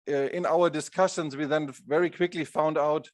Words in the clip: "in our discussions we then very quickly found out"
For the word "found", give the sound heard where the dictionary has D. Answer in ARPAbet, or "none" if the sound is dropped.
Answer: D